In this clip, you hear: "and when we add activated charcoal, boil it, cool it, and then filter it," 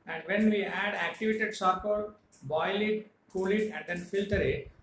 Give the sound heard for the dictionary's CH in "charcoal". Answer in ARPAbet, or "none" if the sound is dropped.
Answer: S